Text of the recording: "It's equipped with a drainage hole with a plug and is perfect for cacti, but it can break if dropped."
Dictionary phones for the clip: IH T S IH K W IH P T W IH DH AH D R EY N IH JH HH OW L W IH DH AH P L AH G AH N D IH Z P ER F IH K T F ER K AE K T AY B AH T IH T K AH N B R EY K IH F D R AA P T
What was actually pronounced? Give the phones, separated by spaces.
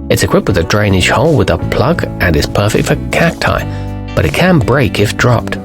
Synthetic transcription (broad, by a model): IH T S IH K W IH P T W IH DH AH D R EY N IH SH HH OW L W IH DH AH P L AH G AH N IH Z P ER F IH K T F ER K AE K T AY B AH T IH T K AH N B R EY K IH F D R AA P T